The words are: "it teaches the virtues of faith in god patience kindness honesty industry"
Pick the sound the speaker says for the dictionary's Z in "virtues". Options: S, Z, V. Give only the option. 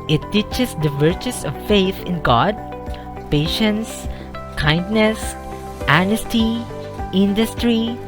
S